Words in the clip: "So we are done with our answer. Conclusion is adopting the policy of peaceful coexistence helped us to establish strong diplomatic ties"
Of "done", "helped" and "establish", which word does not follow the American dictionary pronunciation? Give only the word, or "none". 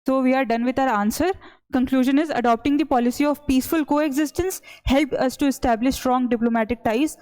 helped